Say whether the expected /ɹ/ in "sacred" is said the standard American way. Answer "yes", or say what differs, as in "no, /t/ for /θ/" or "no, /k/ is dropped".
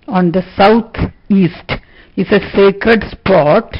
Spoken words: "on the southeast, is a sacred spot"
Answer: yes